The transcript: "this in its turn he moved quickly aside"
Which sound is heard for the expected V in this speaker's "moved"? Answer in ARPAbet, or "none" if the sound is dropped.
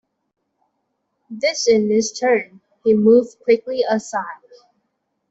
V